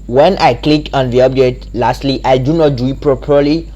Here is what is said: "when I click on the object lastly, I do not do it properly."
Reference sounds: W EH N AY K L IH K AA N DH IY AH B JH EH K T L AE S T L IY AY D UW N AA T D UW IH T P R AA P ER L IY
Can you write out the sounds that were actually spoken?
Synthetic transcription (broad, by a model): W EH N AY K L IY K AA N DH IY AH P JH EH T L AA S T L IY AY D UW N AA T D UW IH T P R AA P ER L IY